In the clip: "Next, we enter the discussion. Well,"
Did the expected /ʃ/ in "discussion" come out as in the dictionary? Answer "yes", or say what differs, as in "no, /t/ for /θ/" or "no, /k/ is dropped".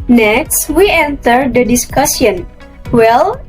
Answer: no, /s/ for /ʃ/